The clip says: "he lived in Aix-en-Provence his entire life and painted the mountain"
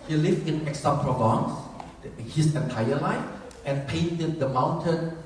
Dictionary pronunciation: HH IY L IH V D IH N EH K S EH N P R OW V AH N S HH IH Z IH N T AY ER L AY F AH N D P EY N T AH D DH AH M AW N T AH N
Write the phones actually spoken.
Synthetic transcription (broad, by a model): HH IY L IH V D IH N EH K S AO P R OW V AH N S HH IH S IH N T AY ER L AY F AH N P EY N T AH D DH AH M AW N T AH N